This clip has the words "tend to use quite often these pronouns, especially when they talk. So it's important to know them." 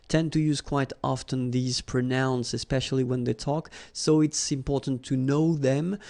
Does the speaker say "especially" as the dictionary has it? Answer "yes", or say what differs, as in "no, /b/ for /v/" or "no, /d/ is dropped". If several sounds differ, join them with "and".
yes